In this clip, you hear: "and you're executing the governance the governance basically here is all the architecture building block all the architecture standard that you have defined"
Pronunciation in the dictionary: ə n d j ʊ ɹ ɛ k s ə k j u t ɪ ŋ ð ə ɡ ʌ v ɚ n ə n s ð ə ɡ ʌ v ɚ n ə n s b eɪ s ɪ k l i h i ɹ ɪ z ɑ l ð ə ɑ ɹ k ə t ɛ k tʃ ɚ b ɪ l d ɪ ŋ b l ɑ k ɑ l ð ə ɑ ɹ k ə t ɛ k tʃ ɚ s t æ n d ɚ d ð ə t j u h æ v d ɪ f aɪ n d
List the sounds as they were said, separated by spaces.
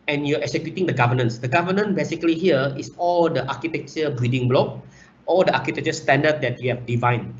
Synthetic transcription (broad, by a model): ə n j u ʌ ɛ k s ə k j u t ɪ ŋ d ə ɡ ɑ v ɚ n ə n s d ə ɡ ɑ v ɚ n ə n b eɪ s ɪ k l i h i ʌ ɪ s ɑ l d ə ɑ k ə t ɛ k tʃ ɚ b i d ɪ ŋ b l ɑ k ɑ l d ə ɑ k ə t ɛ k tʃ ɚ s t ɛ n d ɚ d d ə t j u h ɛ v d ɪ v aɪ n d